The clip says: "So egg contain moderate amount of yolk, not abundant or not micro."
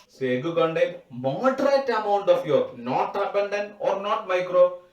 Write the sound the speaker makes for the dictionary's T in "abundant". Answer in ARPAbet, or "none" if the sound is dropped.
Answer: none